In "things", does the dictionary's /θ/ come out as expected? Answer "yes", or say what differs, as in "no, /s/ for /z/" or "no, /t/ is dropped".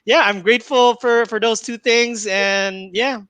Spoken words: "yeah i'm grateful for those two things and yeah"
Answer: yes